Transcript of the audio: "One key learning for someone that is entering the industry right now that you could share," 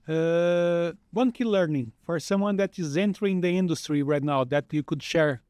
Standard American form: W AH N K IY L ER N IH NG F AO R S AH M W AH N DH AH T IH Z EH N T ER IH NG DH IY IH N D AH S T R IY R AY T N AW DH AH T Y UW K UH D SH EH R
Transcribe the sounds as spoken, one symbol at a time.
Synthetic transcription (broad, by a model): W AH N K IY L ER N IH NG F AO R S AH M W AH N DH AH T IH Z EH N T ER IH NG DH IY IH N D AH S T R IY R AY T N AW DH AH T Y UW K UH D SH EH R